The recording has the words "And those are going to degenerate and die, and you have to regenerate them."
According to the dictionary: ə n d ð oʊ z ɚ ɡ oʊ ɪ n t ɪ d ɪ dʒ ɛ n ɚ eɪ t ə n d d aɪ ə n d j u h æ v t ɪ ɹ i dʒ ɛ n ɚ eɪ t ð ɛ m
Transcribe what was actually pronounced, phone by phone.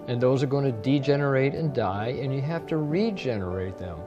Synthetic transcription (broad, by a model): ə n ð oʊ z ɚ ɡ oʊ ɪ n t ɪ d ɪ dʒ ɛ n ɚ eɪ t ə n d d aɪ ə n j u h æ f t ɪ ɹ i dʒ ɛ n ɚ eɪ t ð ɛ m